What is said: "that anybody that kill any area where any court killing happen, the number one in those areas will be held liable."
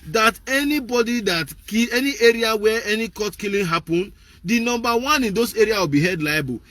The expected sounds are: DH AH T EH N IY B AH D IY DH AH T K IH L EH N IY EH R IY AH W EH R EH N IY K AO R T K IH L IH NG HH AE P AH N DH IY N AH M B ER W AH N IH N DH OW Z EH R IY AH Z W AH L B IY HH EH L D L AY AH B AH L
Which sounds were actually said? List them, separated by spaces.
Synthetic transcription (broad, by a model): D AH T EH N IY B AH D IY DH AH T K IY EH N IY EH R IY AH W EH EH N IY K AO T K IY L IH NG HH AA P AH N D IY N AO M B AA W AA N IH N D OW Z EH R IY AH W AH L B IY HH EH D L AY B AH